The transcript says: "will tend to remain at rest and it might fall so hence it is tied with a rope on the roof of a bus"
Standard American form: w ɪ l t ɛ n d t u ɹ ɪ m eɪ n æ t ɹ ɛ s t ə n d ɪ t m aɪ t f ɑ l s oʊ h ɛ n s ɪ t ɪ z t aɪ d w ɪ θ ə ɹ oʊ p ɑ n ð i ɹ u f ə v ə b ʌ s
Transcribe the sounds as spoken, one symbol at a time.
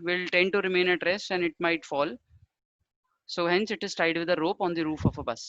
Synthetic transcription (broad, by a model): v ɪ l t ɛ n d t u ɹ ɪ m eɪ n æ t ɹ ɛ s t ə n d ɪ t m aɪ t f ɑ l s oʊ h ɛ n s ɪ t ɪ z t aɪ d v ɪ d ə ɹ oʊ p ɑ n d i ɹ u f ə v ə b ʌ s